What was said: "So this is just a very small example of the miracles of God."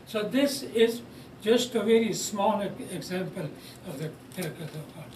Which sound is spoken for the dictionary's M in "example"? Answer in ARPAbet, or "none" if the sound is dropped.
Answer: M